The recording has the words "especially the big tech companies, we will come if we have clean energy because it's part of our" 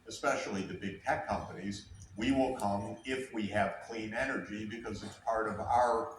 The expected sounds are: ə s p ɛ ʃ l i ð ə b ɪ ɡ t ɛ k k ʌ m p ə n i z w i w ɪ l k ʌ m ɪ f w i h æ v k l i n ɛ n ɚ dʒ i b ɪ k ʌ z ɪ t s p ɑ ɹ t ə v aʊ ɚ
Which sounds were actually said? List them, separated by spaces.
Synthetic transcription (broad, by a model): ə s p ɛ ʃ l i ð ə b ɪ ɡ t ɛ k k ʌ m p ə n i z w i w ɪ l k ʌ m ɪ f w i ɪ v k l i n ɛ n ɚ dʒ i b ɪ k ʌ z ɪ t s p ɑ ɹ t ə v aʊ ɚ